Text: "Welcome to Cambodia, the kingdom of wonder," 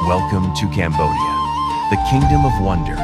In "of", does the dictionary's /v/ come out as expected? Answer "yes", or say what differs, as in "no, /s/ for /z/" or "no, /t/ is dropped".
yes